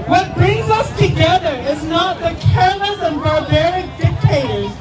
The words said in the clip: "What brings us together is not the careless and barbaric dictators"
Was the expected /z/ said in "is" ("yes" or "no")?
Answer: yes